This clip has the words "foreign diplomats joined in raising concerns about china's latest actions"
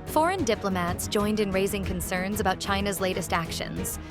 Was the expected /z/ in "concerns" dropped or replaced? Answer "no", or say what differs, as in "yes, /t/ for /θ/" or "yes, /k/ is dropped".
no